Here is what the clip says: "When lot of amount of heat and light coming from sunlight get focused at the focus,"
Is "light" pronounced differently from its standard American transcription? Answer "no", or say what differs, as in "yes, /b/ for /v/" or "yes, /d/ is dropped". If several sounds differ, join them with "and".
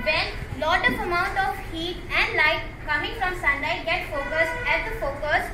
no